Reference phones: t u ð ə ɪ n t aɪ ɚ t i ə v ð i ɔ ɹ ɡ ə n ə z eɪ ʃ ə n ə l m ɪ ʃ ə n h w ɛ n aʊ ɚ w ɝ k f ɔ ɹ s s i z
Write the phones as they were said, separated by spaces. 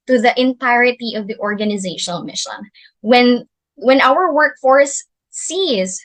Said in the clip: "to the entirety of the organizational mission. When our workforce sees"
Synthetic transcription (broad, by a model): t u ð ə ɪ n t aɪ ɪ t i ə v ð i ɔ ɹ ɡ ə n ə z eɪ ʃ ə n ə l m ɪ ʃ ə n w w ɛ n aʊ ɚ w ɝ k f ɔ ɹ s s i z